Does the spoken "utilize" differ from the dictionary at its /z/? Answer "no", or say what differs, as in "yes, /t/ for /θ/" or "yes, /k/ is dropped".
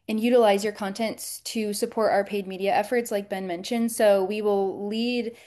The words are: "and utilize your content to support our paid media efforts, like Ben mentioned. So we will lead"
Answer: no